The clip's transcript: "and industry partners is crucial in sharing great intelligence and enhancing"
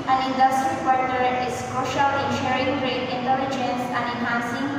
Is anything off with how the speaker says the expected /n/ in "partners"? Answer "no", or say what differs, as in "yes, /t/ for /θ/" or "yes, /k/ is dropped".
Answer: yes, /l/ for /n/